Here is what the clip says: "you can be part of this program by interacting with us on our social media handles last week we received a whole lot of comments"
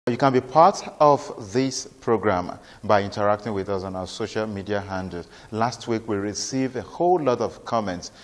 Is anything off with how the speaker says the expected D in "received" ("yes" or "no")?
yes